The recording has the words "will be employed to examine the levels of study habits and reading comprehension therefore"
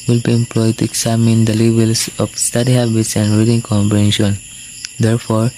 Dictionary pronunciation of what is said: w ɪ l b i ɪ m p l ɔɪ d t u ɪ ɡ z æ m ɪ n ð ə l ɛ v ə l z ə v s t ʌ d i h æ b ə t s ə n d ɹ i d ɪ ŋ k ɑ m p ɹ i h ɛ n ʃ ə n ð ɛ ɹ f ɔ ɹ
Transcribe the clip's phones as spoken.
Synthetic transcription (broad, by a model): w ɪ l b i ɪ m p l ɔɪ d t u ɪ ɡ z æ m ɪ n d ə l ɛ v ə l s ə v s t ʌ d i h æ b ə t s ə n d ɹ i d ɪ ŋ k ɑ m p i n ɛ ʃ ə n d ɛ ɹ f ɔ ɹ